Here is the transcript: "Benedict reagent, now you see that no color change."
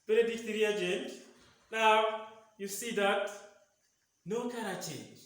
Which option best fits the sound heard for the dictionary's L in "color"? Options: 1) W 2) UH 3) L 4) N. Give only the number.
4